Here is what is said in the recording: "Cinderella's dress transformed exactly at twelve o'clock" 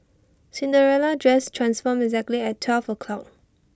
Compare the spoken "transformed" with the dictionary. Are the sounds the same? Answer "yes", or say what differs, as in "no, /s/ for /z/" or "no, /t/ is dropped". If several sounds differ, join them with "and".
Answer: no, /d/ is dropped